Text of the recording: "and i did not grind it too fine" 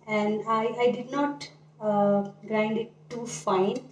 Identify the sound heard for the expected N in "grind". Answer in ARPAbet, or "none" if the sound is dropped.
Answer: N